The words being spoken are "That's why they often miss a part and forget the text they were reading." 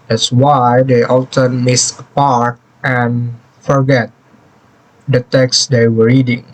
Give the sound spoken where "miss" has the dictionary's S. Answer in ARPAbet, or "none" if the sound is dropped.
S